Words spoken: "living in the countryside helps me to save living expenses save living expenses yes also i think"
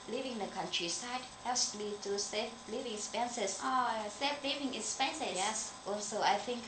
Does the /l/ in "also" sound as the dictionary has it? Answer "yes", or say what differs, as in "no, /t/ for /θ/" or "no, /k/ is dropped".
no, /l/ is dropped